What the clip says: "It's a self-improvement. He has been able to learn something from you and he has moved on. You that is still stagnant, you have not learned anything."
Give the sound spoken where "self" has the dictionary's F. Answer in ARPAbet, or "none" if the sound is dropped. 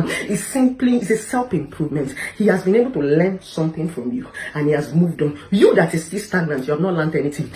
P